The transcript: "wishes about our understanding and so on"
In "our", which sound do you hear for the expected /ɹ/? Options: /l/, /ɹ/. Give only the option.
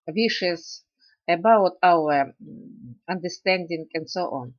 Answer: /l/